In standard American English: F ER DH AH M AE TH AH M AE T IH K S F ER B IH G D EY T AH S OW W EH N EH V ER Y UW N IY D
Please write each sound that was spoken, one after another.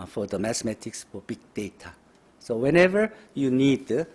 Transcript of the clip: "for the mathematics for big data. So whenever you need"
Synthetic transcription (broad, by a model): F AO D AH M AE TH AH M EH T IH K S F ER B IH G D EY T AH S OW W EH N EH V ER Y UW N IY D